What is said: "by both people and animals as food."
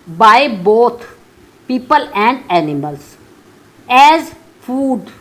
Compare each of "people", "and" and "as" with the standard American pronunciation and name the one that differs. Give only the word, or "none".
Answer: none